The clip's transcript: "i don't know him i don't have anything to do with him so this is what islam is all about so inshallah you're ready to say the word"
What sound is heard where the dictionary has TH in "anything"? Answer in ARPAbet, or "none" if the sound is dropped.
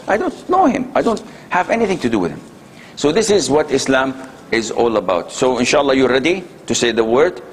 TH